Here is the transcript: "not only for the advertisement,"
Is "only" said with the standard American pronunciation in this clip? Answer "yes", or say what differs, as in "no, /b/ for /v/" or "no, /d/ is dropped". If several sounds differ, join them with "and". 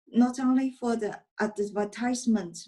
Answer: yes